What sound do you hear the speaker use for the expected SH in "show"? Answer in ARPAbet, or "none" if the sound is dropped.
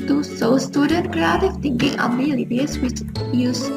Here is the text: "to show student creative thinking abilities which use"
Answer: S